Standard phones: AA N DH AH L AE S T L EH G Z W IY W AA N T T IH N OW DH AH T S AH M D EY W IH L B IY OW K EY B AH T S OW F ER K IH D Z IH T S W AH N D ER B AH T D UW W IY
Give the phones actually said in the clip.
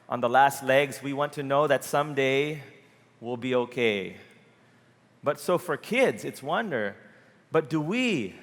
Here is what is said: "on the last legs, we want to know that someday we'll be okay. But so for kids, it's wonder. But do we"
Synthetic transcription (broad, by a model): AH N DH AH L AE S T L EH G Z W IY W AA N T T IH N OW DH AH T S AH M D EY W IH L B IY OW K EY B AH T S OW F ER K IH D Z IH T S W AH N D ER B AH T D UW W IY